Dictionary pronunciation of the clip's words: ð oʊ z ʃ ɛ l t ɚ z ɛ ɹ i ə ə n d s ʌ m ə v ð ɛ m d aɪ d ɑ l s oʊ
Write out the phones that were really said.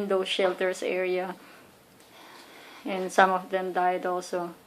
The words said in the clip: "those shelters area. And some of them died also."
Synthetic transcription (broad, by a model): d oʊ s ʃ ɛ l t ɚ s ɛ ɹ i ə ə n d s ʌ m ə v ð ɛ m d aɪ d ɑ l s oʊ